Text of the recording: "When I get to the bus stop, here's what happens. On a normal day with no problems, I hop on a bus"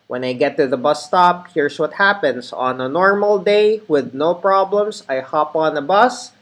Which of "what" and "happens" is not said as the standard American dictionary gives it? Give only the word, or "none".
happens